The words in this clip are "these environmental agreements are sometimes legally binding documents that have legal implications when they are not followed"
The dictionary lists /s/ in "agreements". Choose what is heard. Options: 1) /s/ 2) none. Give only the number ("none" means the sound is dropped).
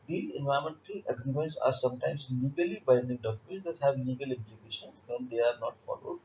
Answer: 1